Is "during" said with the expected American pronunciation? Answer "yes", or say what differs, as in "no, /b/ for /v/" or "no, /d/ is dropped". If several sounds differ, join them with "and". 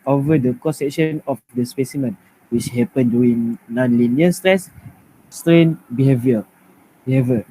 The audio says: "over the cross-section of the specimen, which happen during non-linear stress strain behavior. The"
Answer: no, /ɹ/ is dropped